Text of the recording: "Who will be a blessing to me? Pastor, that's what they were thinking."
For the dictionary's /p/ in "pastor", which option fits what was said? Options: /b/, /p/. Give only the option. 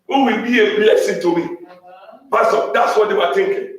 /b/